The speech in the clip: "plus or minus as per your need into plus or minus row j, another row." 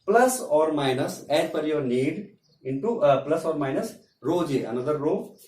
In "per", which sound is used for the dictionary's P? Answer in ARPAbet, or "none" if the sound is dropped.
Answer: F